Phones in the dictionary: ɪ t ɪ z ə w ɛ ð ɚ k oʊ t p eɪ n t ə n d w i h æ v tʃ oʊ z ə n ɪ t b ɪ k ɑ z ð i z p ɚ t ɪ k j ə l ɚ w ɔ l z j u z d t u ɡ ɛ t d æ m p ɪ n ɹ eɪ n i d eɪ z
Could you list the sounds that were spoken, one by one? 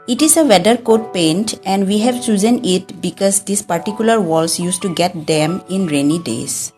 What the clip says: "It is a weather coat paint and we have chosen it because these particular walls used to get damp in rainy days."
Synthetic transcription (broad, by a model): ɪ t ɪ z ə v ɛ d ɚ k oʊ t p eɪ n t ə n d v i h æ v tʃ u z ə n ɪ t b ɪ k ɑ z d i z p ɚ t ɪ k j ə l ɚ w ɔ l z j u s t u ɡ ɛ t d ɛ m ɪ n ɹ eɪ n i d eɪ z